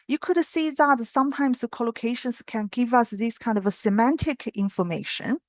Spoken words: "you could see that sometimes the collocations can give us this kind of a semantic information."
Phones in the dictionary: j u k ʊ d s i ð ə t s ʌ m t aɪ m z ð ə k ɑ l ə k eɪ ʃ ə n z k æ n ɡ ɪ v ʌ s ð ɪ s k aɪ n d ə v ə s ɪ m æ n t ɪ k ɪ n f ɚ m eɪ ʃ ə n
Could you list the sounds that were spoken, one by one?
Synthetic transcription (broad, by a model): j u k ʊ d s i ð ə t s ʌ m t aɪ m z ð ə k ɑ l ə k eɪ ʃ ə n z k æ n ɡ ɪ v ʌ s ð ɪ s k aɪ n d ə v ə s ɪ m æ n t ɪ k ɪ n f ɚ m eɪ ʃ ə n